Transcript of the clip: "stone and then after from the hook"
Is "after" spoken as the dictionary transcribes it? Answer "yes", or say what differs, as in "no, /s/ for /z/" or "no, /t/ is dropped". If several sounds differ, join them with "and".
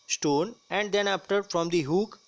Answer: no, /p/ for /f/